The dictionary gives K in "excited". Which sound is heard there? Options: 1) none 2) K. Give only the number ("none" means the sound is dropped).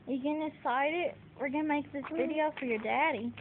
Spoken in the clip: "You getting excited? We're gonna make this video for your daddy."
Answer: 1